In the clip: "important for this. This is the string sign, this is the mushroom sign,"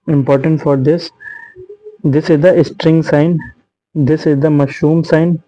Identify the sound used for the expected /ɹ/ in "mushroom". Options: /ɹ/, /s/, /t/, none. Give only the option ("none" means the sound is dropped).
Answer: none